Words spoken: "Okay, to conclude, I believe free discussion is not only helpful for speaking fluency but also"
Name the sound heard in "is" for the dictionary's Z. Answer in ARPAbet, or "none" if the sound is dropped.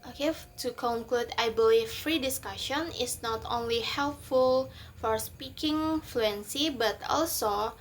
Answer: S